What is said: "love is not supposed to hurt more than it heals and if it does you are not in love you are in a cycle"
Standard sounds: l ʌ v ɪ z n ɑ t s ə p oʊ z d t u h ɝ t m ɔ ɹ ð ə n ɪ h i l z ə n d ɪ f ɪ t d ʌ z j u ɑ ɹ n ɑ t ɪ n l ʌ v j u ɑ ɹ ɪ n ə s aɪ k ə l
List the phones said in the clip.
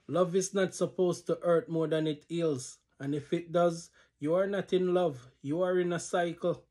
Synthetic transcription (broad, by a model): l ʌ v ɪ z n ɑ t s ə p oʊ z t u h ɝ t m ɔ ɹ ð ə n ɪ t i l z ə n ɪ f ɪ t d ʌ z j u ɑ ɹ n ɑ t ɪ n l ʌ v j u ɑ ɹ ɪ n ə s aɪ k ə l